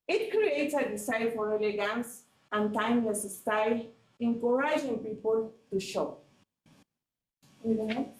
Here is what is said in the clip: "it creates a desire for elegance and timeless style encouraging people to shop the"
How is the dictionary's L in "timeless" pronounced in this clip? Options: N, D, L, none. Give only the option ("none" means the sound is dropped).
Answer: N